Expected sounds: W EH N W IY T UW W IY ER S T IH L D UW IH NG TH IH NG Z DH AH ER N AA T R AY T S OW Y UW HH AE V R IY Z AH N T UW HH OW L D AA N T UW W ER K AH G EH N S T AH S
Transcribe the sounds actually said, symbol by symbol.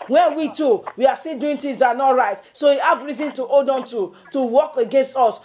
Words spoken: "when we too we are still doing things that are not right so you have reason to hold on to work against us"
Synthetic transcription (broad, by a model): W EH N W IY T UW W IY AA S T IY D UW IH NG T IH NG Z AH N AA T R AY T S OW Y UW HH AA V R IY Z AH N T UW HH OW D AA N T UW W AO K AH G EH N S T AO S